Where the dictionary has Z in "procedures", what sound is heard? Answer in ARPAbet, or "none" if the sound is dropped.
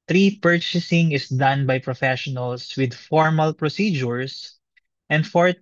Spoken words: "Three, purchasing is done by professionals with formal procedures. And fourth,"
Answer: S